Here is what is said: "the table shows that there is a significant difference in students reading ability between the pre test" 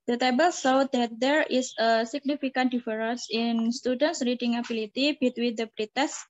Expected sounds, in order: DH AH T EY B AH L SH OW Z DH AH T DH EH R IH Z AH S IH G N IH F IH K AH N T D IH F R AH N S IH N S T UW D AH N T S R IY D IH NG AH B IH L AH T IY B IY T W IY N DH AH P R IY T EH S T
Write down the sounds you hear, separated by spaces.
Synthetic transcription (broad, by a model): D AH T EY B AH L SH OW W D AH T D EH R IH S AH S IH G N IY F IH K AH N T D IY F R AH N S IH N S T UW D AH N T S R IY D IH NG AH B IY L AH T IY B IY T W IY N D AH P R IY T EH S